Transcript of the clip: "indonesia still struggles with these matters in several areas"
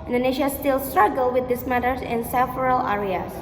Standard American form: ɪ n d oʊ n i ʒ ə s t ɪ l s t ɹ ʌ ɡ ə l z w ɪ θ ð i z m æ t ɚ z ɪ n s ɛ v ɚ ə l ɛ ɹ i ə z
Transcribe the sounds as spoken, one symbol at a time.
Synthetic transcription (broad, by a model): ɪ n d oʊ n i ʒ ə s t ɪ l s t ɹ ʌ ɡ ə l w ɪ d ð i s m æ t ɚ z ɪ n s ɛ f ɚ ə l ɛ ɹ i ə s